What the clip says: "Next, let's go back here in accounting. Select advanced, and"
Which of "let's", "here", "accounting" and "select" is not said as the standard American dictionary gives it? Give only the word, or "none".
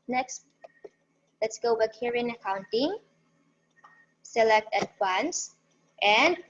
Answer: none